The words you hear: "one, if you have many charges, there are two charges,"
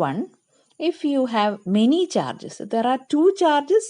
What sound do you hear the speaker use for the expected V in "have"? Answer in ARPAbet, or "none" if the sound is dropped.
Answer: V